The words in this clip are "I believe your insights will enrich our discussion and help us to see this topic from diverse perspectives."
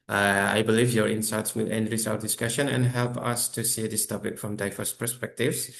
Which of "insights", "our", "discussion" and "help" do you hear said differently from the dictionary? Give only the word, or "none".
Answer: none